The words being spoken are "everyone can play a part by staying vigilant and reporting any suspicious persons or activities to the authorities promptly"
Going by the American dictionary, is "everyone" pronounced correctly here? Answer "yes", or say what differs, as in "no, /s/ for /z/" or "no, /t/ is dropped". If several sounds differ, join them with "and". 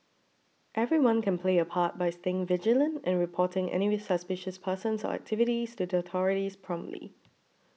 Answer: yes